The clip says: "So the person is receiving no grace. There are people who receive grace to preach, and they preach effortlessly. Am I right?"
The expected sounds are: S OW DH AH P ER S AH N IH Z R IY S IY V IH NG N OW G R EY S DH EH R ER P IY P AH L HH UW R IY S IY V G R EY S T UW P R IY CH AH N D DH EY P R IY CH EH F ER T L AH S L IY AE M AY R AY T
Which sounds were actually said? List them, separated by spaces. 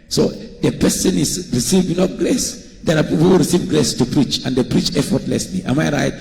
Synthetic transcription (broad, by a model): S OW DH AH P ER S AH N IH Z R IY S IY V IH NG L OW G R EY S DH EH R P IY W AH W R IY S IY V G R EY S T UW P R IY CH AH N D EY P R IY CH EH F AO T L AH S L IY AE M AY R AY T